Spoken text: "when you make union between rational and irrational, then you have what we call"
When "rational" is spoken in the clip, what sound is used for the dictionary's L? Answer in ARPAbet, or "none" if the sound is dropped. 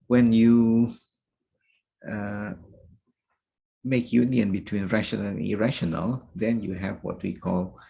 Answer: N